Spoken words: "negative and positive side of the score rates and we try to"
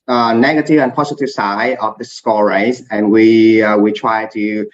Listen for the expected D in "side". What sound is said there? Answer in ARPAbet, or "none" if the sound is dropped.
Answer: none